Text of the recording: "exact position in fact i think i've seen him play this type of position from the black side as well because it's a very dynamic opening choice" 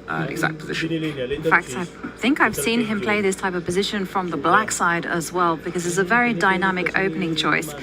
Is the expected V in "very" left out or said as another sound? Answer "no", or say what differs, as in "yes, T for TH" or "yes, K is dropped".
no